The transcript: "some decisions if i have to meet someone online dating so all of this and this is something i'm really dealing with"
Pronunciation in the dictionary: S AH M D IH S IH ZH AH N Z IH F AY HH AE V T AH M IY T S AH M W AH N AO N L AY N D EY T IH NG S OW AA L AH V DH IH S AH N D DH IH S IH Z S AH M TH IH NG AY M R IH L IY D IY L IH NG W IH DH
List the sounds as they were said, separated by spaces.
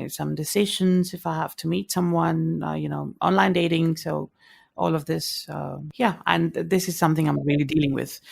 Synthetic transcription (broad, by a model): S AH M D IH S IH ZH AH N Z IH F AY HH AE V T AH M IY T S AH M W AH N AO N L AY N D EY T IH NG S OW AA L AH V DH IH S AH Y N DH IH S IH Z S AH M TH IH NG AY M R IH L IY D IY L IH NG W IH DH